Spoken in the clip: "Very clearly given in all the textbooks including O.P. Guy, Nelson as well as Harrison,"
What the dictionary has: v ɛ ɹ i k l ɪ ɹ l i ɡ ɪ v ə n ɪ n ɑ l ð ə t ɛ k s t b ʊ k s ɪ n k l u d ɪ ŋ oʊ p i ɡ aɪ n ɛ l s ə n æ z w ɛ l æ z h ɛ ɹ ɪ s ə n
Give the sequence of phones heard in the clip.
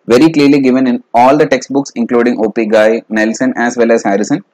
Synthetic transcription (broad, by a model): v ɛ ɹ i k l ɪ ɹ l i ɡ ɪ v ə n ɪ n ɑ l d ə t ɛ k s t b ʊ k s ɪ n k l u d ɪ ŋ oʊ p i ɡ aɪ n ɛ l s ə n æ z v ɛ l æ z h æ ɹ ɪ s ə n